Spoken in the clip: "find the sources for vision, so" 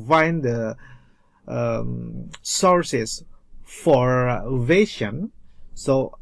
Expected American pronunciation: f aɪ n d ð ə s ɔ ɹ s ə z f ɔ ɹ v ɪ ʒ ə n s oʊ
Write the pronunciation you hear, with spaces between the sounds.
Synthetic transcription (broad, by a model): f aɪ n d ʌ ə s ɔ ɹ s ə s f ɔ ɹ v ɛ ʃ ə n s oʊ